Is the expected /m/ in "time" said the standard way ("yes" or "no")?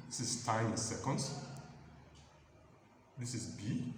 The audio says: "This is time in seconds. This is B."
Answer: no